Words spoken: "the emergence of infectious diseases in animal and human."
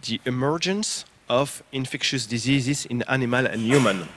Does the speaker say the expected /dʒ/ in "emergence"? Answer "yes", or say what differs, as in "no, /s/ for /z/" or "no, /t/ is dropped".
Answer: yes